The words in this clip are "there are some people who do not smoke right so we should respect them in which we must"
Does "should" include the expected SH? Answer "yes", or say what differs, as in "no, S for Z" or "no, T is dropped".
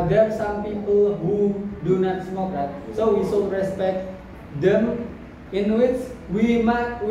no, S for SH